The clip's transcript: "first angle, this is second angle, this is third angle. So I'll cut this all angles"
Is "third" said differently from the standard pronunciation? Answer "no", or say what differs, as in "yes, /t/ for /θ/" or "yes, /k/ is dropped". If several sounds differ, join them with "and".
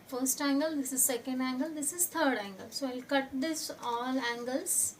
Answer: yes, /t/ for /θ/